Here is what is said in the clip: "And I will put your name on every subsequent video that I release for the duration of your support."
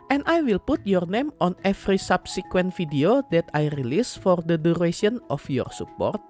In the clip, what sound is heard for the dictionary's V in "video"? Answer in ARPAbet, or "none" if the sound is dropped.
F